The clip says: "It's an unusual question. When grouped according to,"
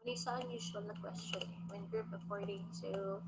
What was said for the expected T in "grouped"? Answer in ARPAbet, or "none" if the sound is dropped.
none